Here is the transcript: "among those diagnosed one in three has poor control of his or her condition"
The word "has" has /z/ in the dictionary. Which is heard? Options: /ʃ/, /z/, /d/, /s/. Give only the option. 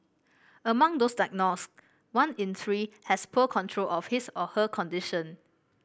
/s/